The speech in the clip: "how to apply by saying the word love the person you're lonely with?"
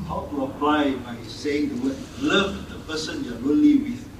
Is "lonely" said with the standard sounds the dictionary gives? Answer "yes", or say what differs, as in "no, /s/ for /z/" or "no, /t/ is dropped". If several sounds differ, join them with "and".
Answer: no, /n/ is dropped